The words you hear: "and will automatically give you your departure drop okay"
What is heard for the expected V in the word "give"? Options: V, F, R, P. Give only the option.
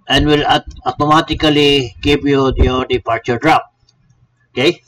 P